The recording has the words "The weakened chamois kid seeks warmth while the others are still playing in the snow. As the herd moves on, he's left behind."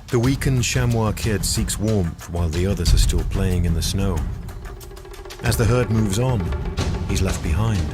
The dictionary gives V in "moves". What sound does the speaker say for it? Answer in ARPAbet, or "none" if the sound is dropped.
V